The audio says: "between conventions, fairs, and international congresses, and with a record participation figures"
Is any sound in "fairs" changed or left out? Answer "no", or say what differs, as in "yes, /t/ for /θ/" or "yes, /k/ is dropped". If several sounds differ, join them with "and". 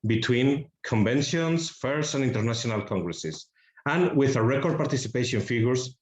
yes, /s/ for /z/